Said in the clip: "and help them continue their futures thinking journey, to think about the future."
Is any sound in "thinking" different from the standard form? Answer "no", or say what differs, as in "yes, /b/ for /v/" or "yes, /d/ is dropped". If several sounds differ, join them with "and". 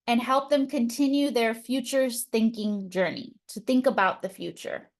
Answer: no